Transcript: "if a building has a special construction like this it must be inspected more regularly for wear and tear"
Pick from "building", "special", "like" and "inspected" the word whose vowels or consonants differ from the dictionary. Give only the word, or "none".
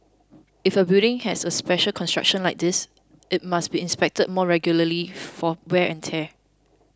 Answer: building